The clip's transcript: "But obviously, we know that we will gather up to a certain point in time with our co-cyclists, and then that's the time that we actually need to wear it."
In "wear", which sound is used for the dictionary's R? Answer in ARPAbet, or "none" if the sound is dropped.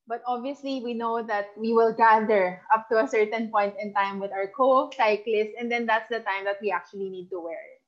R